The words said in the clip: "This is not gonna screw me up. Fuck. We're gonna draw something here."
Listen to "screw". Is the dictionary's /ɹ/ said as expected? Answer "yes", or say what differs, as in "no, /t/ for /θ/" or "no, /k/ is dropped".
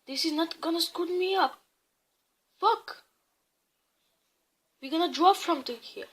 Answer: no, /ɹ/ is dropped